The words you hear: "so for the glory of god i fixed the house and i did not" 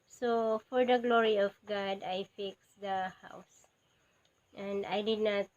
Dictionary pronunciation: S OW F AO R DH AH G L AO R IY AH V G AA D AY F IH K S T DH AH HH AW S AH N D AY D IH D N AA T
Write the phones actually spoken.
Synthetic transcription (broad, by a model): S OW F AO R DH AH G L AO R IY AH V G AA D AY F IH K S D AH HH AW S AH N D AY D IH D N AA T